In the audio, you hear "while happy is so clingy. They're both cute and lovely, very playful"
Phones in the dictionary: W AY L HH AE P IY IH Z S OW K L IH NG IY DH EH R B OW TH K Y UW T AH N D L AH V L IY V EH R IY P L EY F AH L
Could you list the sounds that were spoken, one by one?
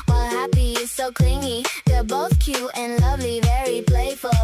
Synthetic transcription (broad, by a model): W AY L HH AE P IY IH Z S OW K L IH NG IY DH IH B OW TH K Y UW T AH N L AH V L IY V EH R IY P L EY F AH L